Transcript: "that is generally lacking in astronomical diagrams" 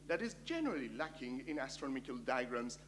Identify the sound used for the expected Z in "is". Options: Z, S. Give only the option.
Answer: Z